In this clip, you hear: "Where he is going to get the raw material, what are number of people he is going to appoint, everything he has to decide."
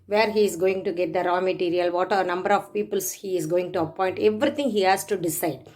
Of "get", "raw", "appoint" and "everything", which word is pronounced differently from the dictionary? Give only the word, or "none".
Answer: everything